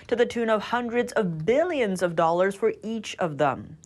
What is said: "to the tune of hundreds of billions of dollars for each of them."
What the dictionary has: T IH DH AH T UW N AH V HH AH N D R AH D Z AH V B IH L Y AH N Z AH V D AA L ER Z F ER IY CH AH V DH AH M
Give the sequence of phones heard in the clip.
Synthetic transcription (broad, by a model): T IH DH AH T UW N AH V HH AH N D R AH D Z AH V B IH L Y AH N Z AH V D AA L ER Z F ER IY CH AH V DH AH M